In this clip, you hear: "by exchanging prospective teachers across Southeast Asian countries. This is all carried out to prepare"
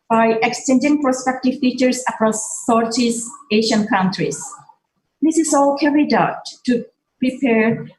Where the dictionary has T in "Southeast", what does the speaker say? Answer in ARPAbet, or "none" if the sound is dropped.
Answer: none